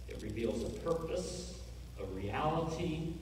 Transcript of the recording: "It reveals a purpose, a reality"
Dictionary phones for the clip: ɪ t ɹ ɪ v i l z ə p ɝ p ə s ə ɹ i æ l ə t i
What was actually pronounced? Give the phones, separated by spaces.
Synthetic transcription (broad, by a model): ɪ t ɹ ɪ v i l z ə p ɝ p ə s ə ɹ i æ l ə t i